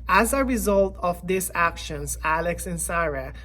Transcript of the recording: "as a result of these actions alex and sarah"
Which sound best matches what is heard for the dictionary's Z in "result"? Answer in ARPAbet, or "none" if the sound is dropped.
Z